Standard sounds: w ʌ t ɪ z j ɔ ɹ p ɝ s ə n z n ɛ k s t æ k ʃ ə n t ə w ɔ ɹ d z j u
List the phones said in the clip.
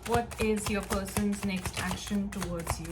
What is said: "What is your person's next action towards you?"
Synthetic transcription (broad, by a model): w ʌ t ɪ z j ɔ p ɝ s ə n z n ɛ k s t æ k ʃ ə n t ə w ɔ d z j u